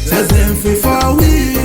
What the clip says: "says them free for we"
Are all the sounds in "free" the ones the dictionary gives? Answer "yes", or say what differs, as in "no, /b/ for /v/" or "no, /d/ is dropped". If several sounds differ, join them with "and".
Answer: no, /ɹ/ is dropped